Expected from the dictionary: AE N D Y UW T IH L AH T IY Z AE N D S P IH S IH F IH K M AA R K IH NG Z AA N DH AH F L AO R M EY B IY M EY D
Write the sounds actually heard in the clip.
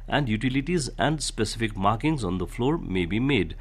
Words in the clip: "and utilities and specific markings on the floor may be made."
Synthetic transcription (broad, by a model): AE N D Y UW T IH L AH T IY Z AE N D S P IH S IH F IH K M AA R K IH NG Z AA N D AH F L AO R M EY B IY M EY D